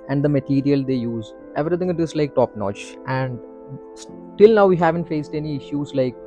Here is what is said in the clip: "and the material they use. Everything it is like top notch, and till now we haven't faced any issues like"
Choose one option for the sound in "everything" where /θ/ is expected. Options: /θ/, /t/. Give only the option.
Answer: /t/